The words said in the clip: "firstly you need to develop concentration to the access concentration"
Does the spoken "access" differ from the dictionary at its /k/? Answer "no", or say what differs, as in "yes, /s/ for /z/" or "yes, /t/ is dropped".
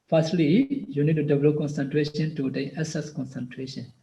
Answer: yes, /k/ is dropped